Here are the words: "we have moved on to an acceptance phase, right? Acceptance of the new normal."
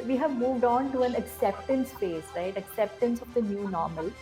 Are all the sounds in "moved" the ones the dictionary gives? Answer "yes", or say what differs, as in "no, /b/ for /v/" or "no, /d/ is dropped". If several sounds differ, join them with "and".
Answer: yes